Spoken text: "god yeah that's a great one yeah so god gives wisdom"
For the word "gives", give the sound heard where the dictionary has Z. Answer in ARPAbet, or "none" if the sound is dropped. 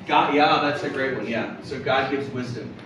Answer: Z